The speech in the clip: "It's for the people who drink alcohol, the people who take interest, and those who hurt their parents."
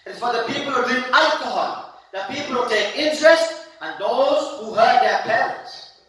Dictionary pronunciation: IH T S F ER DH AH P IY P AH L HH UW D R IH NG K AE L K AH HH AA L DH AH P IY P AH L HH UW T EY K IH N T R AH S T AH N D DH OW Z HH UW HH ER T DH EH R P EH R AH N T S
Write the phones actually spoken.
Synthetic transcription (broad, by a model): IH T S F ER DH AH P IY P AH L HH UW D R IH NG AE L K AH HH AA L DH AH P IY P AH L HH UW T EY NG IH N T R AH S T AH N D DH OW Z HH UW HH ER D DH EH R P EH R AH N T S